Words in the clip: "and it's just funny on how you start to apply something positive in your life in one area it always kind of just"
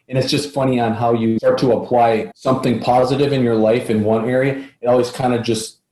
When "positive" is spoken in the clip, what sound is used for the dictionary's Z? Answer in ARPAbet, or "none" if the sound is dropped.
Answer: Z